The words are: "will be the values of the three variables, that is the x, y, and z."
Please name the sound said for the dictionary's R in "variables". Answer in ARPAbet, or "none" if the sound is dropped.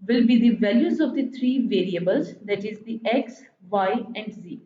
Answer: R